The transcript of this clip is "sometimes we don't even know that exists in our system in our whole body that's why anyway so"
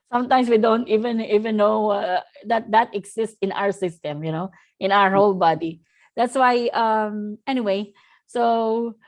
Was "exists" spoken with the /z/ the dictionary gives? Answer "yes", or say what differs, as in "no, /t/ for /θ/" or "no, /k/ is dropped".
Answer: no, /s/ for /z/